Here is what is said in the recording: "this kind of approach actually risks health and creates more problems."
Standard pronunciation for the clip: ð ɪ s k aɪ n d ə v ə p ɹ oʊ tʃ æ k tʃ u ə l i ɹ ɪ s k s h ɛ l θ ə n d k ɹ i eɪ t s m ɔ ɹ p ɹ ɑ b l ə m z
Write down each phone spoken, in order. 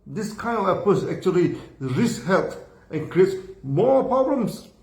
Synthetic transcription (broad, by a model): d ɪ s k aɪ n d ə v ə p oʊ s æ k tʃ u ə l i ɹ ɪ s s h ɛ l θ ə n k ɹ i eɪ t s m ɔ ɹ p ɹ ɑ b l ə m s